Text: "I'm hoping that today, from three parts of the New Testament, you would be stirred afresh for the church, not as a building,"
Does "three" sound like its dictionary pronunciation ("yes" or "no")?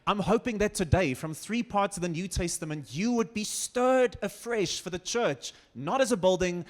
yes